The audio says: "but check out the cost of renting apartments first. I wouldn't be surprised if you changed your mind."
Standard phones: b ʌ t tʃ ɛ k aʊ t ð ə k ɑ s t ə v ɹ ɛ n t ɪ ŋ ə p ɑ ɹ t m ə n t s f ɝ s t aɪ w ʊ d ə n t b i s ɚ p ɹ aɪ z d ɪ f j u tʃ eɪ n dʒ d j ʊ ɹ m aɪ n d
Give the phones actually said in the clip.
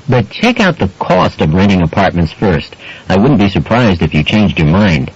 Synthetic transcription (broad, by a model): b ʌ t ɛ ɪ k aʊ t ð ə k ɑ s t ə v ɹ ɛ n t ɪ ŋ ə p ɑ ɹ t m ə n t s f ɝ s t aɪ w ʊ d n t b i s ɚ p ɹ aɪ z d ɪ f j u tʃ eɪ n dʒ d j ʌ ɹ m aɪ n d